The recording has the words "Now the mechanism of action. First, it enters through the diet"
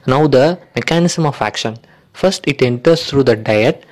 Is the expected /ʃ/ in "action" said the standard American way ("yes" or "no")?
yes